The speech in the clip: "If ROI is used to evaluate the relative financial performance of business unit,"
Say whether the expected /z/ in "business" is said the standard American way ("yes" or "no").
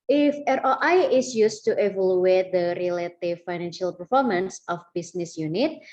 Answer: no